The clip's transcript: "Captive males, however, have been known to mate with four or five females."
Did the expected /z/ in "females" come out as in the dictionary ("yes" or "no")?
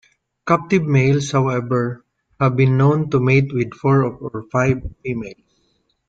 no